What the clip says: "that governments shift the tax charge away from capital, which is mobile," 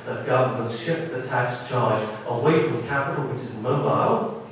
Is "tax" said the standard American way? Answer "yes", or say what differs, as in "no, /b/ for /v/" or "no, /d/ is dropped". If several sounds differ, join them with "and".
yes